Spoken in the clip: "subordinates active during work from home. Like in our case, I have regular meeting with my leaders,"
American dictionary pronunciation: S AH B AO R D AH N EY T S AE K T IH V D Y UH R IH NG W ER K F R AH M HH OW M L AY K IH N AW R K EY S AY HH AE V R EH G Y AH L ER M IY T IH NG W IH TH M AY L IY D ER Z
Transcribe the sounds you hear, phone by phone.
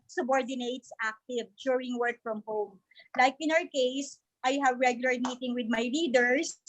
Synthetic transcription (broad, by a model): S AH B AO R D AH N EY T S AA K T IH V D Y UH R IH NG W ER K F R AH M HH OW M L AY K IH N AW R K EY S AY HH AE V R EH G Y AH L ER M IY T IH NG W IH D M AY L IY D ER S